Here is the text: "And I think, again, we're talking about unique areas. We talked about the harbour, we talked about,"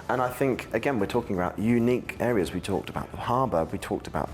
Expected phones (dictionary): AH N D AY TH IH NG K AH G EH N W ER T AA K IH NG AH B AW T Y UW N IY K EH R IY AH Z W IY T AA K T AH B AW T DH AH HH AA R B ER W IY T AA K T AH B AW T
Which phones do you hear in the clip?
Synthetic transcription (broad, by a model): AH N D AY TH IH NG K AH G EH N W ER T AA K IH NG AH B AW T Y UW N IY K EH R IY AH Z W IY T AA K T AH B AW T DH AH HH AA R B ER W IY T AA K T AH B AW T